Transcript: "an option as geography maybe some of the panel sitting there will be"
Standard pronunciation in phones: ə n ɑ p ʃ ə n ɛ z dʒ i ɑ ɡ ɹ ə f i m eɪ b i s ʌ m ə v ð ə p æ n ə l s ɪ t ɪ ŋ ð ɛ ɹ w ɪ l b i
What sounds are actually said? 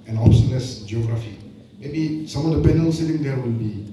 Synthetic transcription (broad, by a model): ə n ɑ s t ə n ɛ s dʒ i ɑ ɡ ɹ ə f i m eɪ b i s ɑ m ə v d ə p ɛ n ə l s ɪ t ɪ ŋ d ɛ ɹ w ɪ l b i